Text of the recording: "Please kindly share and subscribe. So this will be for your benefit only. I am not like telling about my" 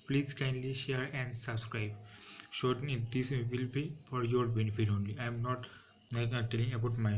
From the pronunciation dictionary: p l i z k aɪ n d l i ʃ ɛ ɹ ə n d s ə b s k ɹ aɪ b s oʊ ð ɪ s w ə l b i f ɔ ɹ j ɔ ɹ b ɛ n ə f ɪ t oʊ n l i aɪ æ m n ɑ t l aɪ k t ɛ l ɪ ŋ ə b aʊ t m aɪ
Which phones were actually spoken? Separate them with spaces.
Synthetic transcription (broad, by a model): p l i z k aɪ n l i ʃ ɛ ɹ ə n d s ə b s k ɹ aɪ b ʃ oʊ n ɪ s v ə l b i f ɔ ɹ j ɔ ɹ b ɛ n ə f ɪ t oʊ n l i aɪ m n ɑ t n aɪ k t ɛ l ɪ ŋ ə b aʊ t m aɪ